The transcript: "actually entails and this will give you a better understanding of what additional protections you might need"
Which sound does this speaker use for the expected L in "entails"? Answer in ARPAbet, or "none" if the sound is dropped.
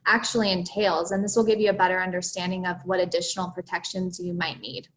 L